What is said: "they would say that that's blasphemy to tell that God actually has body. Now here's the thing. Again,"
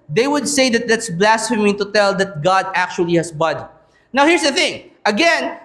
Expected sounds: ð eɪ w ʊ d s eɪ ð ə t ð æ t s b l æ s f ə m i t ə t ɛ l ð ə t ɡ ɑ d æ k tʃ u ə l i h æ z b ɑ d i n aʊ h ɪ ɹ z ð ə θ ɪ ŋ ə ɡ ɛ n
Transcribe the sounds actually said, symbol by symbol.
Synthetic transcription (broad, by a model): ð eɪ w ʊ d s eɪ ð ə t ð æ t s b l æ s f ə m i t ə t ɛ l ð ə t ɡ ɑ d æ k tʃ u ə l i h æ s b ɑ d i n aʊ h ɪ ɹ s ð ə θ ɪ ŋ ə ɡ ɛ n